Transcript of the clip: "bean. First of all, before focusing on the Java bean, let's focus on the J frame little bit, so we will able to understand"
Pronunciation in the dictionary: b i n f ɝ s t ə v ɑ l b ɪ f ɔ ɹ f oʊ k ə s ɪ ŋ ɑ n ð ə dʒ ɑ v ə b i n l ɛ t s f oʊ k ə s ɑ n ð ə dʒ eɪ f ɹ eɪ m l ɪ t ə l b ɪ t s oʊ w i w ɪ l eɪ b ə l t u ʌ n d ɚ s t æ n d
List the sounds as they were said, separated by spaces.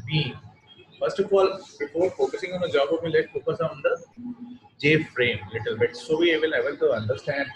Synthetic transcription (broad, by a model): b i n f ɝ s t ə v ɑ l b ɪ f ɔ ɹ f oʊ k ə s ɪ ŋ ɑ n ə dʒ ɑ b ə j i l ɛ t f oʊ k ə s ɑ n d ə dʒ eɪ f ɹ eɪ m l ɪ t ə l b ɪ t s oʊ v i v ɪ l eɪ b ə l t u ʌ n d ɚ s t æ n d